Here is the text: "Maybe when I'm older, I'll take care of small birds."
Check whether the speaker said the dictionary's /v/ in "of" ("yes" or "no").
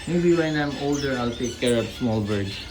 no